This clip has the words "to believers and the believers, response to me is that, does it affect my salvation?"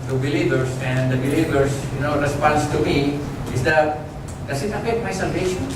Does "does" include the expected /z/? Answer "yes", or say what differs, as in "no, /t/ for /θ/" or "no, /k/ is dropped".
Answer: no, /s/ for /z/